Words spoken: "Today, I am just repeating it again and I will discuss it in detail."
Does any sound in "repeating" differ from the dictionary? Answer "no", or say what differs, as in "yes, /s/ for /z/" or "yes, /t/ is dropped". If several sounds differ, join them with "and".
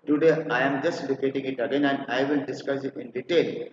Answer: yes, /l/ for /ɹ/